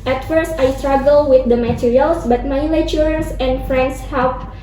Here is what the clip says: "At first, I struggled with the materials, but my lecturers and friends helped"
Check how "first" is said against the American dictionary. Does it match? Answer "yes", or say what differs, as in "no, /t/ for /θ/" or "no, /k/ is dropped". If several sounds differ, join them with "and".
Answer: yes